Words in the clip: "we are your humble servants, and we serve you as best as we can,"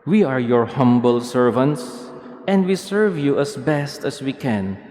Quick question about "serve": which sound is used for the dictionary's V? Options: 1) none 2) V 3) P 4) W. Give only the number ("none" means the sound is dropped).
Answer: 2